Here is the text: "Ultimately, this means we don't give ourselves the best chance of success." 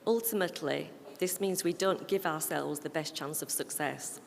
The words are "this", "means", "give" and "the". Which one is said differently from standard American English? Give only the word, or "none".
none